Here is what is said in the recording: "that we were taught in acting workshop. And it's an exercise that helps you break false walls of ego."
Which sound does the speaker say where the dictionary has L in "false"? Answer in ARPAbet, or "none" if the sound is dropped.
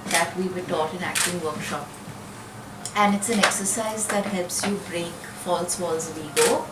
L